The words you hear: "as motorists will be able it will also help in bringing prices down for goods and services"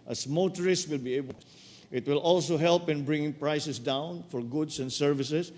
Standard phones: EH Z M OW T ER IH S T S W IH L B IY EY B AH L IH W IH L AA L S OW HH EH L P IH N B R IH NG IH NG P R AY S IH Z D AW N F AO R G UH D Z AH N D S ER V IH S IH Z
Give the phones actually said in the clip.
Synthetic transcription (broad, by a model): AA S M OW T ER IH S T W IH L B IY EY B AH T W IH L AA L S OW HH EH L P IH N B R IH NG IH NG P R AY S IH S D AW N F AO R G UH D S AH N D S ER V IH S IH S